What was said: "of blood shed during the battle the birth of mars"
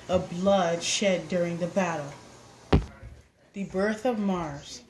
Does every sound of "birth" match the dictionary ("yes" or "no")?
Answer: yes